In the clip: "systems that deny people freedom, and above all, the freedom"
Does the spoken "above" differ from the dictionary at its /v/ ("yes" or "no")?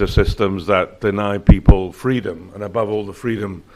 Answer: no